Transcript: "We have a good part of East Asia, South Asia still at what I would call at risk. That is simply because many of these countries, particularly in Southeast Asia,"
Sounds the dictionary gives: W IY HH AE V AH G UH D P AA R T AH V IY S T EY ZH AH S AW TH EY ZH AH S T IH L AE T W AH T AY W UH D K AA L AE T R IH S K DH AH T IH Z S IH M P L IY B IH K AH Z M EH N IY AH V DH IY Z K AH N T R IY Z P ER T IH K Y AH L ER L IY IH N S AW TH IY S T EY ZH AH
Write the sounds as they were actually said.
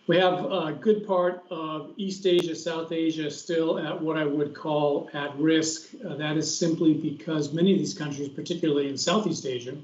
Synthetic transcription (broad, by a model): W IY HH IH V G UH D P AA R T AH V IY S T EY ZH AH S AW TH EY ZH AH S T IH L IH T W AH T AY W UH D K AA L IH T R IH S K DH AH T IH Z S IH M P L IY B IH K AH Z M EH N IY AH V DH IY Z K AH N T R IY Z P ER T IH K Y L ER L IY IH N S AW TH IY S T EY ZH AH